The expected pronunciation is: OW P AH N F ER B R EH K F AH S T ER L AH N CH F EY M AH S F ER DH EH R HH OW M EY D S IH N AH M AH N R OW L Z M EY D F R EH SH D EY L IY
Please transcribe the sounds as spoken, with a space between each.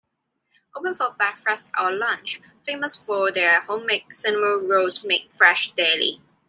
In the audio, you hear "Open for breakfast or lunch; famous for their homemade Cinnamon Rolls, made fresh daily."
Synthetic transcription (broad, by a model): OW P AH N F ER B EH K F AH S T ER L AH N CH F EY M AH S F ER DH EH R HH OW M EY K S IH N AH M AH R OW Z M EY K F R EH SH D EY L IY